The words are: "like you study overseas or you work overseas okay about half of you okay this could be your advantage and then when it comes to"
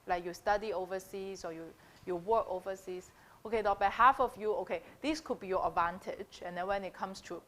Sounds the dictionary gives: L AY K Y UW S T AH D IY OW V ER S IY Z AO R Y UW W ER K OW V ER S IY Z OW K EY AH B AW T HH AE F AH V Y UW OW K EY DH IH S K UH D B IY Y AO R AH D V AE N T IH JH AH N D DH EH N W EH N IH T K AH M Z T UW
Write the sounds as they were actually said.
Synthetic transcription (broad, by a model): L AY K Y UW S T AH D IY OW V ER S IY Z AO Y Y UW W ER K OW V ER S IY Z OW K EY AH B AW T HH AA F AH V Y UW OW K EY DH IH S K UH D B IY Y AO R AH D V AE N T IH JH AH N D EH N W EH N IH T K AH M S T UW